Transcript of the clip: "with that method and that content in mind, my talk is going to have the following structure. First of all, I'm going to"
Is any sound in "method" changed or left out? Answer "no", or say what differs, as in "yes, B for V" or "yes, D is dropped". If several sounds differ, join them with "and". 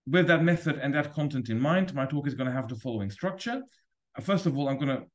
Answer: no